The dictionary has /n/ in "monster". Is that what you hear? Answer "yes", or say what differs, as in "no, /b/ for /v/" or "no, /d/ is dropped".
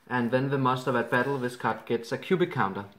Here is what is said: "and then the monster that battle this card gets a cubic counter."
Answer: no, /n/ is dropped